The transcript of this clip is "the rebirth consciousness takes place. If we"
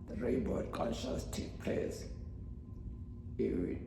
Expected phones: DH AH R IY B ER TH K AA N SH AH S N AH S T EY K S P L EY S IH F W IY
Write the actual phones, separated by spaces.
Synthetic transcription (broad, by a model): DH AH R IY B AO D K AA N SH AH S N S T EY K P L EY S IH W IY